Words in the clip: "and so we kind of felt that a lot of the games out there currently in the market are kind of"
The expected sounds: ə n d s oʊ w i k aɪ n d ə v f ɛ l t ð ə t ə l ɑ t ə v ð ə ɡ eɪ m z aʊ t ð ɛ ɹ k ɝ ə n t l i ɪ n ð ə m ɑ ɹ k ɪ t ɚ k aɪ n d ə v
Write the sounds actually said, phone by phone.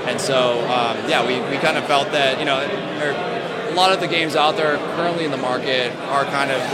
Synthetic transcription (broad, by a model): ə n s oʊ w i k aɪ n d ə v f ɛ l t ð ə t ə l ɑ t ə v ð ə ɡ eɪ m z aʊ t ð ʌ ɹ k ɝ ə n t l i ɪ n ð ə m ɑ ɹ k ɪ t ɚ k aɪ n d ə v